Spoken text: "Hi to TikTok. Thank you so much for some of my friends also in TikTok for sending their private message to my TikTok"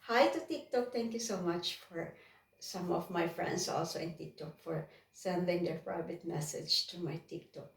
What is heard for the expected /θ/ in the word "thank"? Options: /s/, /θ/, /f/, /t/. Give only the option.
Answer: /t/